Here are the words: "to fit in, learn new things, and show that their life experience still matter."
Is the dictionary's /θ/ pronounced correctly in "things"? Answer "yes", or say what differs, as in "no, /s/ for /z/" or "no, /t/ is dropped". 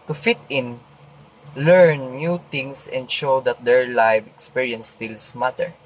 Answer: no, /t/ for /θ/